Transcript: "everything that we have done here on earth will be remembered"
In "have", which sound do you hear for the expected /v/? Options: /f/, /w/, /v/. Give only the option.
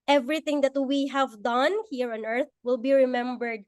/v/